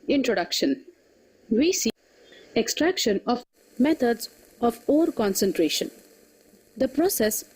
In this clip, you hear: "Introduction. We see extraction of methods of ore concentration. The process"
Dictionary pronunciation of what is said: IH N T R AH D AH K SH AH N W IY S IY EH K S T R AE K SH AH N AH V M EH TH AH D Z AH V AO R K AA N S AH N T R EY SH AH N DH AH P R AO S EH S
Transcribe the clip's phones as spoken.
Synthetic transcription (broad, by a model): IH N T R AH D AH K SH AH N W IY S IY EH K S T R AE K SH AH N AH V M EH T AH D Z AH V AO R K AA N S AH N T R EY SH AH N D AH P R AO S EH S